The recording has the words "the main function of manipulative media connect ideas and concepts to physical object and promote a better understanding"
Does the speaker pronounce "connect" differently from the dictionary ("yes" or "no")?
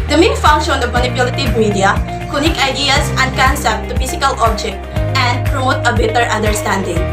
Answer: yes